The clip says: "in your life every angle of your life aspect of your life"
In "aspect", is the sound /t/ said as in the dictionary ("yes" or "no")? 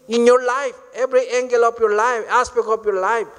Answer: no